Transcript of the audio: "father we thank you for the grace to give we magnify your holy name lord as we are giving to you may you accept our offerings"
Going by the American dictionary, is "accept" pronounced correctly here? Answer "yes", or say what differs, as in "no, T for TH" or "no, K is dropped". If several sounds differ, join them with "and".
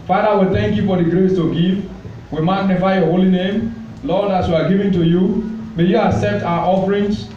no, K is dropped